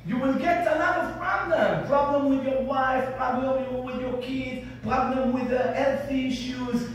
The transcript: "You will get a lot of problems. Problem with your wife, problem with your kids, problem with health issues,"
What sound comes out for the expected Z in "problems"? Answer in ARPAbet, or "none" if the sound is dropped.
none